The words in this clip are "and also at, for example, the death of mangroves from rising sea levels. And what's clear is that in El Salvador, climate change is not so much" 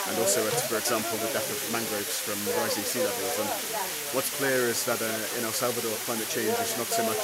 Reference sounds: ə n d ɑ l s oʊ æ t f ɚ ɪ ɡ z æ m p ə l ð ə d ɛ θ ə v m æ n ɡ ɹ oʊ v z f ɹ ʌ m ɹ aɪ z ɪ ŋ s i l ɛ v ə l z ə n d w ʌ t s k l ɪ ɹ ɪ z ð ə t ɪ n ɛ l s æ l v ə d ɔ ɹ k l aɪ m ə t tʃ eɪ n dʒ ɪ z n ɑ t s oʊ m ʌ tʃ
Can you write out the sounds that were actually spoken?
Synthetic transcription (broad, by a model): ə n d ɑ l s oʊ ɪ t f ɚ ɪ ɡ z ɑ m p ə l ð ə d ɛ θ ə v m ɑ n ɡ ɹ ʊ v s f ɹ ʌ m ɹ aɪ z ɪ s i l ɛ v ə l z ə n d w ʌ t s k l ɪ ɹ ɪ z ð ə t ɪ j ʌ n s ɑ l v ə d ɔ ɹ k l aɪ m ə t tʃ eɪ n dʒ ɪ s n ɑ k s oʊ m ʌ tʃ